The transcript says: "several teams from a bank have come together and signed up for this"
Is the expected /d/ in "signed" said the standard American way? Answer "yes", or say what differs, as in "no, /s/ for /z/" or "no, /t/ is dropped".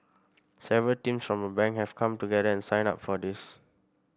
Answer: no, /d/ is dropped